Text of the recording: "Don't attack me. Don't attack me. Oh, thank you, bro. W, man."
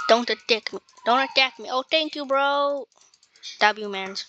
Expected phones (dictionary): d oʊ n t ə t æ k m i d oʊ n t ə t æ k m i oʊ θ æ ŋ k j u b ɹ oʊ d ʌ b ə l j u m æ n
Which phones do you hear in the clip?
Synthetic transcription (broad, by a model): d oʊ n t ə t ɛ k m i d oʊ n t ə t æ k m i oʊ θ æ ŋ k j u b ɹ oʊ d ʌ b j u m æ n